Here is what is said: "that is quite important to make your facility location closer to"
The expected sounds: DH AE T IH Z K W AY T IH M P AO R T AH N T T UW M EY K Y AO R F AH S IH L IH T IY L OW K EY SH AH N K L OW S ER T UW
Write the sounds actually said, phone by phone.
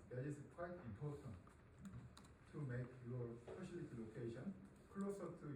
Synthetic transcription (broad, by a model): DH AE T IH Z K W AY T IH M P AO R T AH N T T UW M EY K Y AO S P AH SH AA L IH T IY L OW K EY SH AH N K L OW S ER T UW